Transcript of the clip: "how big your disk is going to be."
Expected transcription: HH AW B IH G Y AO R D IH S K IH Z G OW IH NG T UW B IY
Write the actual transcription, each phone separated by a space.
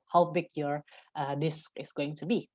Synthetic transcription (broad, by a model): HH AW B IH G Y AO R D IH S K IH S G OW IH NG T UW B IY